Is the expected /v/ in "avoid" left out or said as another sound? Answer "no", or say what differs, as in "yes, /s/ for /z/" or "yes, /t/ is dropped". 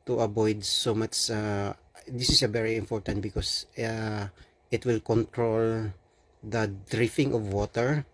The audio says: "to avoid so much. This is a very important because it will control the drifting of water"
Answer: yes, /b/ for /v/